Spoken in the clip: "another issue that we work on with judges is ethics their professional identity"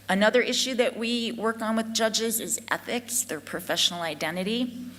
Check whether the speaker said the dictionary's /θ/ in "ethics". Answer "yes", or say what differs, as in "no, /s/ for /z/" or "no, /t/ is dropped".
yes